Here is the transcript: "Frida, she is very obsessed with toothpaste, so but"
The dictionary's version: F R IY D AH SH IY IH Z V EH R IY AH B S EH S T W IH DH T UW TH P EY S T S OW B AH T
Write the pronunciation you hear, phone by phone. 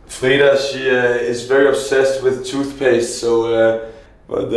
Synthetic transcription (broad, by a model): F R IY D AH SH IY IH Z V EH R IY AH B S EH S T W IH DH T UW TH P EY S T S OW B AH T